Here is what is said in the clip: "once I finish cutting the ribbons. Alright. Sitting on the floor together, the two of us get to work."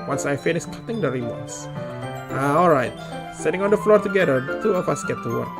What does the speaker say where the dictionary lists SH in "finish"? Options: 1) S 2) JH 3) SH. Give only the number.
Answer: 1